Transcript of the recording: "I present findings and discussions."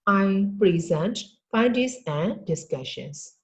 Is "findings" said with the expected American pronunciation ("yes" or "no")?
no